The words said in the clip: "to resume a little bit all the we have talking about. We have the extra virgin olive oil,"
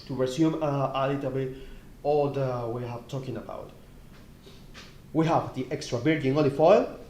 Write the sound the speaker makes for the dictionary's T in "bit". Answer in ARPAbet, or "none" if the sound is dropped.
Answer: none